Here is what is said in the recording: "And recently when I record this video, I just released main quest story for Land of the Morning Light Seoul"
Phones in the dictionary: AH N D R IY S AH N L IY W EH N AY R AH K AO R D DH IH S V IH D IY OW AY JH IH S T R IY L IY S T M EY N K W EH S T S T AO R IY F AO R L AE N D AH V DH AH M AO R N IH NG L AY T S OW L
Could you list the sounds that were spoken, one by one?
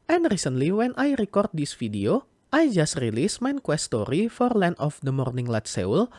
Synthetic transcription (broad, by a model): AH N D R IY S AH N L IY W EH N AY R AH K AO R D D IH S F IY D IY OW AY JH IH S T R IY L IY S M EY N K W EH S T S T AO R IY F AO R L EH N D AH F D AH M AO R N IH NG L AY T S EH L